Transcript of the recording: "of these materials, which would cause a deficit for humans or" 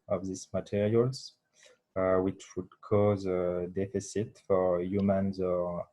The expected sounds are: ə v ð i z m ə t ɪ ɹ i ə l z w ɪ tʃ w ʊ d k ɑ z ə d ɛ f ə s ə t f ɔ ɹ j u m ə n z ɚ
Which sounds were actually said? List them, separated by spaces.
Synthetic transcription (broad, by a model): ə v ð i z m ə t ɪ ɹ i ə l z w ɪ tʃ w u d k ɑ z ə d ɛ f ə s ə t f ɔ ɹ j u m ə n z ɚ